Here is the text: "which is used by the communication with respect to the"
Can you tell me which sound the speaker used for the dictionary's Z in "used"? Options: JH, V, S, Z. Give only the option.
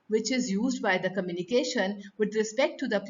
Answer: Z